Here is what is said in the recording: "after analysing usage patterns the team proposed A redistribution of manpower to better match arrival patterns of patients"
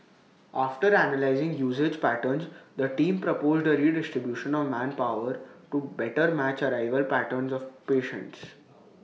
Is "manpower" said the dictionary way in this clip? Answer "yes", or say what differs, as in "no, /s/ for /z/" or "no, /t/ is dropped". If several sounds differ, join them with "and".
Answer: yes